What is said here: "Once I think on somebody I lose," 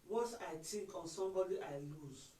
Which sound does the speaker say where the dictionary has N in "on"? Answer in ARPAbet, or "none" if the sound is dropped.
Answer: N